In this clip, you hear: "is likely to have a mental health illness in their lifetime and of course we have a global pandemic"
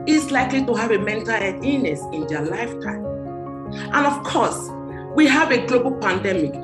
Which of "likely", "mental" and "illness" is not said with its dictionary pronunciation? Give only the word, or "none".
illness